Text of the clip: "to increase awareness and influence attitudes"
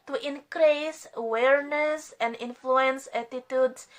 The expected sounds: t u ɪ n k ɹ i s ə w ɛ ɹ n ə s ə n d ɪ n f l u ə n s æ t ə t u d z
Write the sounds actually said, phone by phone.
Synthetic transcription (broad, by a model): t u ɪ n k ɹ i s ə w ɛ ɹ n ə s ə n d ɪ n f l u ə n s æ t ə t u d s